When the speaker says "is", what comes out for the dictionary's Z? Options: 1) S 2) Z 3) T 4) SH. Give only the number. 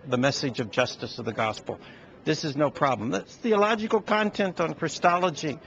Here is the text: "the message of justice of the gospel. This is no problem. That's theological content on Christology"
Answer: 2